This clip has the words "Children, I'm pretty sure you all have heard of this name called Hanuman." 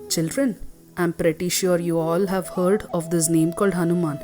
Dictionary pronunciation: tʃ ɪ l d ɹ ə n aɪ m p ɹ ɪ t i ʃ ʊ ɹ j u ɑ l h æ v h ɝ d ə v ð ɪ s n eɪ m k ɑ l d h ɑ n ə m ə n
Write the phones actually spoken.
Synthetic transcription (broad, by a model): tʃ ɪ l d ɹ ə n aɪ m p ɹ ɪ t i ʃ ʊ ɹ j u ɑ l h æ v h ɝ d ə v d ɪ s n eɪ m k ɑ l d h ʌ n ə m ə n